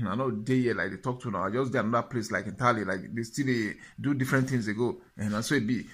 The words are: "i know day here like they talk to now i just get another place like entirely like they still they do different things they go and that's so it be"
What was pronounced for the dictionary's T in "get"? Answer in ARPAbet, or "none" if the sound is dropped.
none